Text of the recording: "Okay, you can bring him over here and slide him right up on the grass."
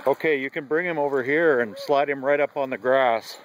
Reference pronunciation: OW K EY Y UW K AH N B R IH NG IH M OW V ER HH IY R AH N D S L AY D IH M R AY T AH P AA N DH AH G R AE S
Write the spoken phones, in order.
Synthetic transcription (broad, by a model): OW K EY Y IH K AH N B R IH NG IH M OW V ER HH IY R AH N S L AY D IH M R AY T AH P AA N DH AH G R AE S